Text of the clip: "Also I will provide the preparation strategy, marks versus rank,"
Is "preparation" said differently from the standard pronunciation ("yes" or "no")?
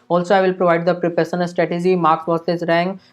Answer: yes